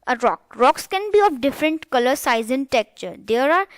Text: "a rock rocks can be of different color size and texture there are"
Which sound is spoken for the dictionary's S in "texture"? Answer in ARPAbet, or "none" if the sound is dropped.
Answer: none